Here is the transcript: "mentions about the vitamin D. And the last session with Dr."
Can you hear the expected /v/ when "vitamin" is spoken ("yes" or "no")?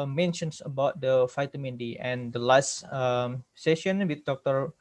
no